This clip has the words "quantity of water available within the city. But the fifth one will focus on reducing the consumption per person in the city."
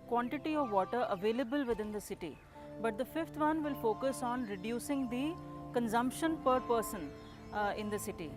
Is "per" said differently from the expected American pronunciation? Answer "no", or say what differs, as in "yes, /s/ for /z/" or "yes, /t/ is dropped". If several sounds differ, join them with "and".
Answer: no